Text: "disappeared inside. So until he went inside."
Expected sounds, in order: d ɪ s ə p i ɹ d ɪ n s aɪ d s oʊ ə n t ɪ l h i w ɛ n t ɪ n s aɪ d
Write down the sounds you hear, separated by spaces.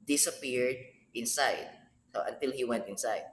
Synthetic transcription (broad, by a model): d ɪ s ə p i ɹ d ɪ n s aɪ d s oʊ ə n t ɪ l h i w ɛ n t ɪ n s aɪ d